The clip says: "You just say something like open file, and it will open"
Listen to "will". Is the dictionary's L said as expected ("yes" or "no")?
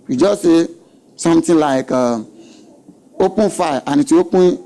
no